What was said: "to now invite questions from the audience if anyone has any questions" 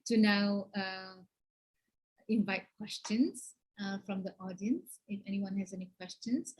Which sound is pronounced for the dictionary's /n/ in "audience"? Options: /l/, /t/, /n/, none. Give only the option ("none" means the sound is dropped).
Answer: /n/